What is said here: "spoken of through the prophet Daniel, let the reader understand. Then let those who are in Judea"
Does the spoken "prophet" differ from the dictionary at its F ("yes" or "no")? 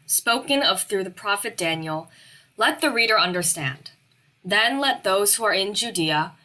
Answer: no